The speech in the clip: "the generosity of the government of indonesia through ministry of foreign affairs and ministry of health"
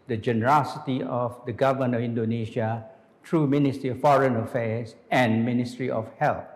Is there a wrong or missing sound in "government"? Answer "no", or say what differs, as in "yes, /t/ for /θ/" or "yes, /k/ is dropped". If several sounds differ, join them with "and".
yes, /t/ is dropped